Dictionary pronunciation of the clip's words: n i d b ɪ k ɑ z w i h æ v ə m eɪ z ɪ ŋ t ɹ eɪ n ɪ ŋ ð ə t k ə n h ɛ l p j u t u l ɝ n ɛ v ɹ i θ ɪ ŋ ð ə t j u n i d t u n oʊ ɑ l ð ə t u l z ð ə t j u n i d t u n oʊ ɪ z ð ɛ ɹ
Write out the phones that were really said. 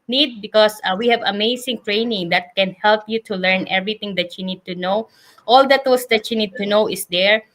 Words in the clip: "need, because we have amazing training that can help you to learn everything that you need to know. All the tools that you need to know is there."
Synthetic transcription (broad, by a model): n i d b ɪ k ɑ s w i h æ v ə m eɪ s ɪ ŋ t ɹ eɪ n ɪ ŋ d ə t k ə n h ɛ l p j u t u l ɝ n ɛ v ɹ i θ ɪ ŋ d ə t j u n i d t u n oʊ ɑ l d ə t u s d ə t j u n i d t u n oʊ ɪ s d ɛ ɹ